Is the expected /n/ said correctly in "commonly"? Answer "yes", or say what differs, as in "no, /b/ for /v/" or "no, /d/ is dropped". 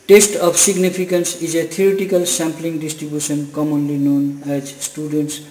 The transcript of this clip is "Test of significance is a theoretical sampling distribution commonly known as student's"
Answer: yes